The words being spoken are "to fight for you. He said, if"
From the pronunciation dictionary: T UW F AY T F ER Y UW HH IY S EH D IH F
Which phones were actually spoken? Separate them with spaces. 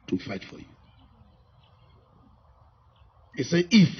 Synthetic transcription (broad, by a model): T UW F AY T F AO Y UW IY S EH IH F